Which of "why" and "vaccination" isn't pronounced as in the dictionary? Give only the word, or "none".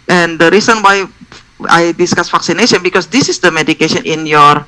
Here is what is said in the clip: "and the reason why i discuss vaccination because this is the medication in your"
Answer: vaccination